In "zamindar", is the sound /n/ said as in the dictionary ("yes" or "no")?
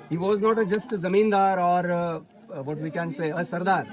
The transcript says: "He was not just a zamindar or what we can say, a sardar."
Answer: yes